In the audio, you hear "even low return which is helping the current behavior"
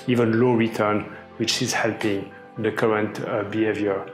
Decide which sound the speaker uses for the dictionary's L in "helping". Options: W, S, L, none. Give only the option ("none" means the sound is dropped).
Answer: L